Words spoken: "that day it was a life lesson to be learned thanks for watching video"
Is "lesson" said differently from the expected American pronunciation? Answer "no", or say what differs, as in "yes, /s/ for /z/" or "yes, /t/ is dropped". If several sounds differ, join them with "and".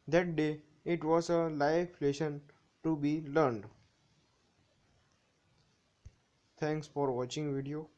yes, /ʃ/ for /s/